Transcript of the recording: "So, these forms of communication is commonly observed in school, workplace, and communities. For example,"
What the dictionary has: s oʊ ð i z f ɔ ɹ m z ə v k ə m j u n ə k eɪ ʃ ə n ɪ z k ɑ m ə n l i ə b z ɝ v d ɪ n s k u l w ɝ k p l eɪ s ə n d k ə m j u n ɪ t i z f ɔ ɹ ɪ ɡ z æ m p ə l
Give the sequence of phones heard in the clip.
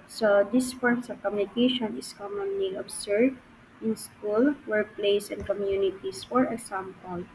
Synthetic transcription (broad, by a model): s oʊ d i s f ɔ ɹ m s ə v k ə m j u n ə k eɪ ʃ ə n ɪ s k ɑ m ə n l i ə b s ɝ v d ɪ n s k u l w ɝ k p l eɪ s ə n d k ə m j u n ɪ t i s f ɔ ɹ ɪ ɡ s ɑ m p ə l